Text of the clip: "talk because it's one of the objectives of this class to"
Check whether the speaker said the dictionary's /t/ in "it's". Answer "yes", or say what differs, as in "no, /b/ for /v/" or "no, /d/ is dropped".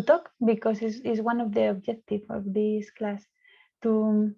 no, /s/ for /t/